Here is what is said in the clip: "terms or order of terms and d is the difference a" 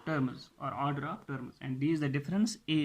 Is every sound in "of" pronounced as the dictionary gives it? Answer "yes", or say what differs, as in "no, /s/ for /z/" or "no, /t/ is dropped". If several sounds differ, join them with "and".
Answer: no, /p/ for /v/